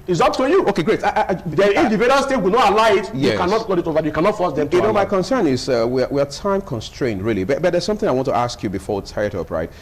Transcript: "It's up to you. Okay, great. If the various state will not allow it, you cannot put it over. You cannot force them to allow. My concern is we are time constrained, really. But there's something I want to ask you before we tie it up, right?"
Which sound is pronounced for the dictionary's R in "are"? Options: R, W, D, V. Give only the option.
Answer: W